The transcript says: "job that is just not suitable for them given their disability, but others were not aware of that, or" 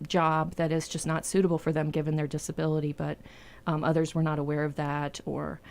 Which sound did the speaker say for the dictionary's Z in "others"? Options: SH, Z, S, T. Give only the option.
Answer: Z